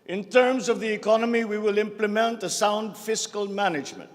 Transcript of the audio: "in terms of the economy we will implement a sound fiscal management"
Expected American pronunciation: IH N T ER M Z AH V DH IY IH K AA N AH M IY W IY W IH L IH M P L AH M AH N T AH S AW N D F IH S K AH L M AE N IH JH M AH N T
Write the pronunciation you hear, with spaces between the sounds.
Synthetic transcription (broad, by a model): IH N T ER M Z AH V DH IY IH K AA N AH M IY W IY W IH L IH M P L AH M AH N T AH S AW N D F IH S K AH L M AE N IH JH M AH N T